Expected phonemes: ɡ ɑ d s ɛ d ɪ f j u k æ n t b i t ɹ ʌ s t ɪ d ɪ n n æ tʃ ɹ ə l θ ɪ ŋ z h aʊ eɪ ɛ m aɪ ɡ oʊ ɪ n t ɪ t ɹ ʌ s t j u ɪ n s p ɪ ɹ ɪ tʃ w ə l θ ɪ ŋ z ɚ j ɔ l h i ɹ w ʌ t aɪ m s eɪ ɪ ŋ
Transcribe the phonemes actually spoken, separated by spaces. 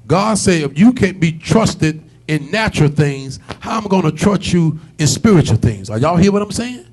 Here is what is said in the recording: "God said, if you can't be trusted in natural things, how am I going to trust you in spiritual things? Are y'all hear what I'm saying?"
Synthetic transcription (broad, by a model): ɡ ɑ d s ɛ ɪ f j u k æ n b i t ɹ ʌ s t ɪ d ɪ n n æ tʃ ɹ l θ ɪ ŋ z h aʊ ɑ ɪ m ɡ oʊ ɪ n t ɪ t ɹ ʌ s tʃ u ɪ n s p ɪ ɹ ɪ tʃ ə l θ ɪ ŋ z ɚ j ɔ l h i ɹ w ʌ t aɪ m s eɪ ɪ ŋ